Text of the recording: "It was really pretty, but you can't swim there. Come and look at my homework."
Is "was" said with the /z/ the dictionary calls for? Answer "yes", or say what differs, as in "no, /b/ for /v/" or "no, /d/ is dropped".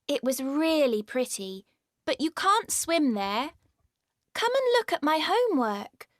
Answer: yes